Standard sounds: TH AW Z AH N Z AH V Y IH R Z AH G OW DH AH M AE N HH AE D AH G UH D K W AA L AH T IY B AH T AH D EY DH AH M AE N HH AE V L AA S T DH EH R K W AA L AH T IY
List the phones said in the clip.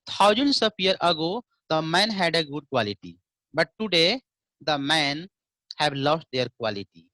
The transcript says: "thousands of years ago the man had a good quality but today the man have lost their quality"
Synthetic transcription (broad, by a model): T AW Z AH N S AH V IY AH R AH G OW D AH M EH N HH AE D AH G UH D K W AA L AH T IY B AH T AH D EY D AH M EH N HH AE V L AA S T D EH R K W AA L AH T IY